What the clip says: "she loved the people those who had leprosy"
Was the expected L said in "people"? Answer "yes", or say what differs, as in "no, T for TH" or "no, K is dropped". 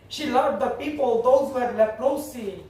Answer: yes